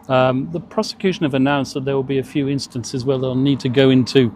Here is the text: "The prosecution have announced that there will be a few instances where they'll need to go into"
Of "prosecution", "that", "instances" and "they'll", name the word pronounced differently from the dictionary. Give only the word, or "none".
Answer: none